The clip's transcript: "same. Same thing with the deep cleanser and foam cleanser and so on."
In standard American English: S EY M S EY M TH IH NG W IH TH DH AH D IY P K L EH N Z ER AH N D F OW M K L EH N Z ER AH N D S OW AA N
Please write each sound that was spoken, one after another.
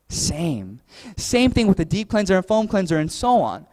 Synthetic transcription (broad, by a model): S EY M S EY M TH IH NG W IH DH AH D IY P K L EH N Z ER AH N F OW M K L EH N Z ER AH N S OW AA N